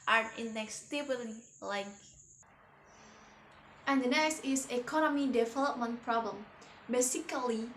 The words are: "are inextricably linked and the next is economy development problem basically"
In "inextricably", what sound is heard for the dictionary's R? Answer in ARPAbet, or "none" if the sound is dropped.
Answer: none